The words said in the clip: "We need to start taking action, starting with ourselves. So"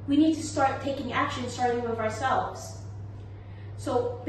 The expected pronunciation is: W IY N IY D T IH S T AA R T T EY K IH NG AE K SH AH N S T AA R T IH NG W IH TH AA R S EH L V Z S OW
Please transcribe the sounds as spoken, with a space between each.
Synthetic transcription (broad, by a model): W IY N IY D T IH S T AA R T T EY K IH NG AE K SH AH N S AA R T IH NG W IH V AA R S EH L V Z S OW